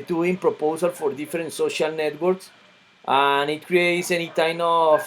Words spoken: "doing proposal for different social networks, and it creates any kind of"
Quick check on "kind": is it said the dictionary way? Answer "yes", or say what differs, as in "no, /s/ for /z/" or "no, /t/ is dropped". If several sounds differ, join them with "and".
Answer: no, /d/ is dropped